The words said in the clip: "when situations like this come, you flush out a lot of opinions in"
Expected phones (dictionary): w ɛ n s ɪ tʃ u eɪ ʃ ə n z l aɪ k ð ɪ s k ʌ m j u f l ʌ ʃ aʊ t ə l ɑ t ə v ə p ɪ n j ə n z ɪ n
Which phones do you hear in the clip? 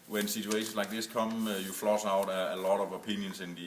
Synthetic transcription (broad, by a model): w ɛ n s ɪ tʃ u eɪ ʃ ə n s l aɪ k ð ɪ s k ʌ m j u f l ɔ s aʊ t ə l ɑ t ə v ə p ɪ n j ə n s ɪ n